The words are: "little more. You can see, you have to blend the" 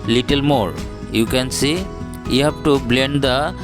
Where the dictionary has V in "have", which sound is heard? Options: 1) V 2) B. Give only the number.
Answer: 2